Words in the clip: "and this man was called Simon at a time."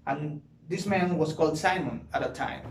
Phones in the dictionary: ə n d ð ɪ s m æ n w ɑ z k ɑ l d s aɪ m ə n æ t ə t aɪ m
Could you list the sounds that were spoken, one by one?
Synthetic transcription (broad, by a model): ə n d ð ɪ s m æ n w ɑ s k ɑ l d s aɪ m ə n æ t ə t aɪ m